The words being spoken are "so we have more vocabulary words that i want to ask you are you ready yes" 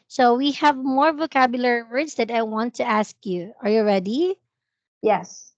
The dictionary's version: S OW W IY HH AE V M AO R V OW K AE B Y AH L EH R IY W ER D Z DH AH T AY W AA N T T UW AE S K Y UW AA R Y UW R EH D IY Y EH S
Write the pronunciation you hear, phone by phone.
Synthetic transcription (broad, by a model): S OW W IY HH AE V M AO R V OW K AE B Y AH L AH R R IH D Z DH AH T AY W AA N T T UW AE S K Y UW AA R Y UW R EH D IY Y EH S